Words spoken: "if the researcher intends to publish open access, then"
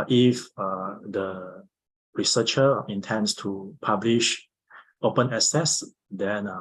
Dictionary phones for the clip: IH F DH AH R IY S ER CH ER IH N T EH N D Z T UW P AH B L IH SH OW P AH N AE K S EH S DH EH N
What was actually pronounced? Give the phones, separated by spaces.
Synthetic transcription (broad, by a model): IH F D AH R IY S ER CH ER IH N T EH N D S T UW P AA B L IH SH OW P AH N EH S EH S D EH N